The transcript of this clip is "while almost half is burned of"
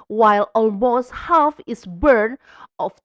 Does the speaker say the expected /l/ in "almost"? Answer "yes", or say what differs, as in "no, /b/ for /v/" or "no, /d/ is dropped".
yes